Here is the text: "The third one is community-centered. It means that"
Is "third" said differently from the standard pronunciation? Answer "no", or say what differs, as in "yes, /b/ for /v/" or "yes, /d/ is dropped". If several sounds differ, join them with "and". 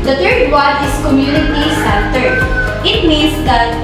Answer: yes, /t/ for /θ/